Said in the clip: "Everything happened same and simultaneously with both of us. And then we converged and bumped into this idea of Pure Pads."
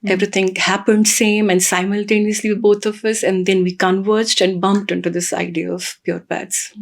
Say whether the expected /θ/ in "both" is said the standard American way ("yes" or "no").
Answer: no